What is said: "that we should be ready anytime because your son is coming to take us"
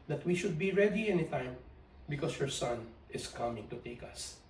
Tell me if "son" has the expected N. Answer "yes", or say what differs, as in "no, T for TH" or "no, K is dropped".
yes